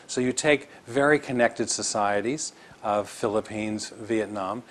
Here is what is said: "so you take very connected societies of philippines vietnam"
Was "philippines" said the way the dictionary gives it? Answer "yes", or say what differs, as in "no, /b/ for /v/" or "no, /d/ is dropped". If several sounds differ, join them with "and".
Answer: yes